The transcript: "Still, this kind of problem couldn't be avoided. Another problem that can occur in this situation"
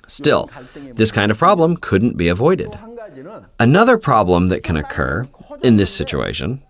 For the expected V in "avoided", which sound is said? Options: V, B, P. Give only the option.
V